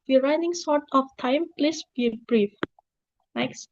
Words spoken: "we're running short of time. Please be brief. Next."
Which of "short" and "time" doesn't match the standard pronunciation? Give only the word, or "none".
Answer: short